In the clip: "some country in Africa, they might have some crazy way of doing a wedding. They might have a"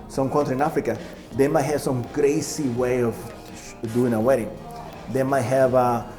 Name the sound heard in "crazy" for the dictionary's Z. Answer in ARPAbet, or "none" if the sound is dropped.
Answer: S